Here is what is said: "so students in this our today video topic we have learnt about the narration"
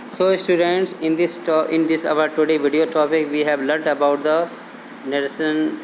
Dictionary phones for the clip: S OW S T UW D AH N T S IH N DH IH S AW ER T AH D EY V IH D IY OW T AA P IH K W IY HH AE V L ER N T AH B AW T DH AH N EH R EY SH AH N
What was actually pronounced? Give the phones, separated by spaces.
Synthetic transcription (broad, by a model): S OW S T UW D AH N T S IH N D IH S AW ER T AH D EY V IH D IY OW T AA P IH K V IY HH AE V L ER T AH B AW T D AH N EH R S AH N